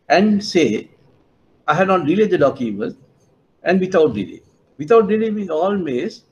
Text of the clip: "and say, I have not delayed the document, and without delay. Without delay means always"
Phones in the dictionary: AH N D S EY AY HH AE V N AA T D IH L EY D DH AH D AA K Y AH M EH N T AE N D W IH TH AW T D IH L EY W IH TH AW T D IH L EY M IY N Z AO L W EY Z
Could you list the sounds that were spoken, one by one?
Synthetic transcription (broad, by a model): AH N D S EY AY HH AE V N AA T D IH L EY D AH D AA K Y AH M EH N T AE N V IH T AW T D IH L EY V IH T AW T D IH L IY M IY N AO L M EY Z